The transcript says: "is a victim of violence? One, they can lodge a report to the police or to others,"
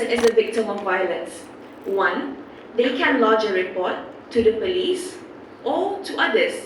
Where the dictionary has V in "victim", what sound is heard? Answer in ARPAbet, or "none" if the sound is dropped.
V